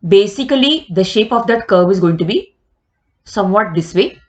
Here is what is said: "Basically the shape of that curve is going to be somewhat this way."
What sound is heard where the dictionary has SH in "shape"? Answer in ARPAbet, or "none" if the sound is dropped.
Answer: SH